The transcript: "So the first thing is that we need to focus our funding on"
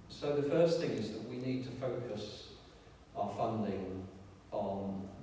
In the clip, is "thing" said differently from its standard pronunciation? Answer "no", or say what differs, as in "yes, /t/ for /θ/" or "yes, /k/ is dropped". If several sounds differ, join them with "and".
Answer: no